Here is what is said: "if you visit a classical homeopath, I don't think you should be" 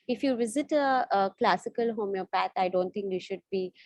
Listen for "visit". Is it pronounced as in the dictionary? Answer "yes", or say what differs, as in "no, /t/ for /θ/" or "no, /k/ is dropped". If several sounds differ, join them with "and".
yes